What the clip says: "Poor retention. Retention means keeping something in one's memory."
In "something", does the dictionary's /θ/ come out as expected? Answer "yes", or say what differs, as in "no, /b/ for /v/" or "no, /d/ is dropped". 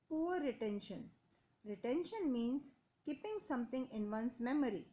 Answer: no, /t/ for /θ/